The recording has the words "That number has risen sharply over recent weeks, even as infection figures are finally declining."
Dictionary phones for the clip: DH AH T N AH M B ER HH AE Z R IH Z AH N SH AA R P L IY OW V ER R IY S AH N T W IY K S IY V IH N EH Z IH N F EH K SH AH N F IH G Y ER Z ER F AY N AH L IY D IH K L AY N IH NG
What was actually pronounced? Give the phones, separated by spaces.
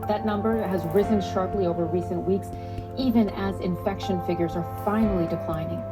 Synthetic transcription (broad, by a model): DH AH T N AH M B ER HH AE Z R IH Z AH N SH AA R P L IY OW V ER R IY S AH N T W IY K S IY V IH N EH Z IH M F EH K SH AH N F IH G Y ER Z ER F AY N L IY D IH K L AY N IH NG